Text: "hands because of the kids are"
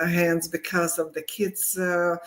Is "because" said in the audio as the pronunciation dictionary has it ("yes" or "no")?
yes